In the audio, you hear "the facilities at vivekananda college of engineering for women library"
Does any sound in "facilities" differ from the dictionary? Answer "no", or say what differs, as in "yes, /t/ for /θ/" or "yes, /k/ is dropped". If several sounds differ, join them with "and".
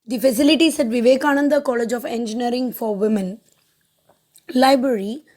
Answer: yes, /s/ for /z/